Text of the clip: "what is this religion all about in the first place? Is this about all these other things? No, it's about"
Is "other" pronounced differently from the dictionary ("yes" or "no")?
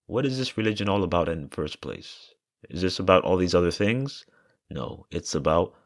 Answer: no